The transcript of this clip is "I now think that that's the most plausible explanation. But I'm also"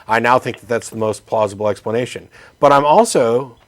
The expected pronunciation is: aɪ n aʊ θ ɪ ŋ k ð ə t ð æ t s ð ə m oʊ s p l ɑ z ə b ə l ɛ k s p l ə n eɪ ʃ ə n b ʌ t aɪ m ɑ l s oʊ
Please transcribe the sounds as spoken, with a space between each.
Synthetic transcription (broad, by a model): aɪ n aʊ θ ɪ ŋ k ð ə t ð æ t s ð ə m oʊ s p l ɑ z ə b l ɛ k s p l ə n eɪ ʃ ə n b ʌ t aɪ m ɑ l s oʊ